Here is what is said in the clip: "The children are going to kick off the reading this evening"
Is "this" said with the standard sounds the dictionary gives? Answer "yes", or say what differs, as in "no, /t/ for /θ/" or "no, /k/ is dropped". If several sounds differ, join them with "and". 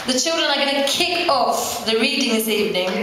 yes